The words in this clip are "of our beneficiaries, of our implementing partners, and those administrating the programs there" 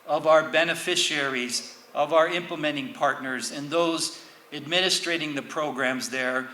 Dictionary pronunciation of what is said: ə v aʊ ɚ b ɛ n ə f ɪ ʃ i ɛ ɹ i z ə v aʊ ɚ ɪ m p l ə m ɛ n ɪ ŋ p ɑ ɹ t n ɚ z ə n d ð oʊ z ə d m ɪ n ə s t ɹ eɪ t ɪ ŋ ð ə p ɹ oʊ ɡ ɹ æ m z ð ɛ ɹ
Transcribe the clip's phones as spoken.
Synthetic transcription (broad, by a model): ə v aʊ ɚ b ɛ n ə f ɪ ʃ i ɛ ɹ i z ə v aʊ ɚ ɪ m p l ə m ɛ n ɪ ŋ p ɑ ɹ t n ɚ z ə n ð oʊ z ə d m ɪ n ə s t ɹ eɪ t ɪ ŋ ð ə p ɹ oʊ ɡ ɹ æ m z ð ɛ ɹ